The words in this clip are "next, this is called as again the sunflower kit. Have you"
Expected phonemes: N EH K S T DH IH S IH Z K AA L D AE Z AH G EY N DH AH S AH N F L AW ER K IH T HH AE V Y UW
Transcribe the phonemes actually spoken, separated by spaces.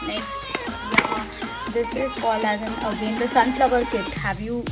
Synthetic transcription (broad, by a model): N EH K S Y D IH S IH Z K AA L AE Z AH G EY N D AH S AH N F L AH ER K IH T HH AE V Y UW